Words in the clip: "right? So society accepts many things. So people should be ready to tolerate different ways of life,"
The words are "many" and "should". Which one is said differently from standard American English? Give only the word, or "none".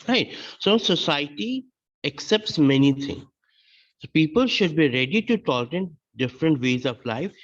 none